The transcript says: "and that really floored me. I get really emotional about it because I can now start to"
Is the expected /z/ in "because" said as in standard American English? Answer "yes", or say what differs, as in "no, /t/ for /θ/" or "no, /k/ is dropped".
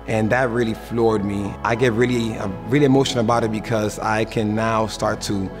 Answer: yes